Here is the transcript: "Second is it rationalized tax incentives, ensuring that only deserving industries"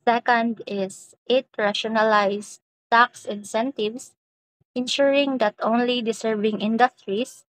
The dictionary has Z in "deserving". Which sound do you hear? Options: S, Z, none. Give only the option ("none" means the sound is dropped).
S